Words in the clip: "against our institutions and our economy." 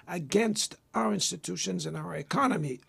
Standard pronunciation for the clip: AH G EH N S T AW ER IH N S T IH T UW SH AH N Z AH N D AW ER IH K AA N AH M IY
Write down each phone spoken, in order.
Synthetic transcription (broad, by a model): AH G EH N S T AW ER IH N S T IH T UW SH AH N Z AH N AW ER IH K AA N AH M IY